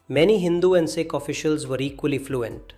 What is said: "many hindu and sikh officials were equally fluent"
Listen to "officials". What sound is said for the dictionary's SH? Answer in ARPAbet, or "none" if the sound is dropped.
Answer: SH